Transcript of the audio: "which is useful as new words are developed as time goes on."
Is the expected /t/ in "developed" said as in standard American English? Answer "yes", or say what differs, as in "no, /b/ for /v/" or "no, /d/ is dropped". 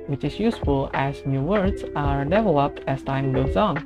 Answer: yes